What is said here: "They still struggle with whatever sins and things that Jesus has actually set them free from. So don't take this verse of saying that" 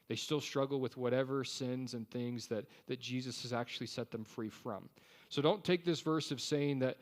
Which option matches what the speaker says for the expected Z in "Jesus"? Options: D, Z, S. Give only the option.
Z